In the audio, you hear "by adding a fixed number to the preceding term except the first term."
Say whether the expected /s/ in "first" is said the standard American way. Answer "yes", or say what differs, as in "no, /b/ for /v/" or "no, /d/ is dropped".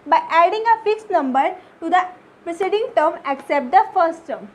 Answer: yes